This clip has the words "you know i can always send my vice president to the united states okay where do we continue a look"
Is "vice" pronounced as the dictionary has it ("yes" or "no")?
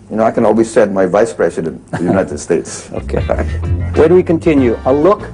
yes